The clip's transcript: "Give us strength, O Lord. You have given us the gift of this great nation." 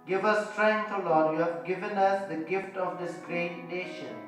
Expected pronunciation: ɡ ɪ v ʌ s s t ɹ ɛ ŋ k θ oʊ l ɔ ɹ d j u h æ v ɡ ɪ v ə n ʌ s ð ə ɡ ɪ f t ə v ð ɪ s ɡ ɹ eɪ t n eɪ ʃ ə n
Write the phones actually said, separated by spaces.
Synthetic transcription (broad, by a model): ɡ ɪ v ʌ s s t ɹ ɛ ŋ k t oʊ l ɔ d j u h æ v ɡ ɪ v ə n ʌ s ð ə ɡ ɪ f t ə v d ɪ s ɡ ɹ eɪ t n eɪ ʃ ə n